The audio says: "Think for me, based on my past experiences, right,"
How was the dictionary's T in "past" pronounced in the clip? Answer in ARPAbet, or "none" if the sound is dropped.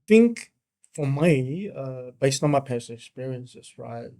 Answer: none